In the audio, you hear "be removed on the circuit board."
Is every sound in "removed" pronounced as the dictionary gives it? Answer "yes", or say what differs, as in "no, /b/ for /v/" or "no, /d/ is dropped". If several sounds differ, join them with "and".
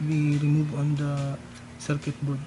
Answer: no, /d/ is dropped